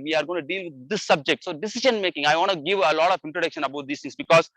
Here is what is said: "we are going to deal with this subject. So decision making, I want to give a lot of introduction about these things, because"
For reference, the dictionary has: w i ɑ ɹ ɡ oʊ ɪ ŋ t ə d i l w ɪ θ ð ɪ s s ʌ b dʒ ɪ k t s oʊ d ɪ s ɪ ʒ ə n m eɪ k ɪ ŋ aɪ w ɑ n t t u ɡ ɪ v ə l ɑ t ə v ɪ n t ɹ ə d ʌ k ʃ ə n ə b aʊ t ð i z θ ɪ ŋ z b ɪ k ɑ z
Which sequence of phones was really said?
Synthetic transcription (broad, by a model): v i ɑ ɹ ɡ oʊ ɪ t d i l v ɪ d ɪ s s ʌ b dʒ ɪ k t s oʊ d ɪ s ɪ ʃ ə n m eɪ k ɪ ŋ aɪ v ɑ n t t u ɡ ɪ v ə l ɑ t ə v ɪ n t ɹ ə d ʌ k ʃ ə n ə b aʊ t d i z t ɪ ŋ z b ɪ k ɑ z